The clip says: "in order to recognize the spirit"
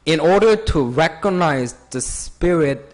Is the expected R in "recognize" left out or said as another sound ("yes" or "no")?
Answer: no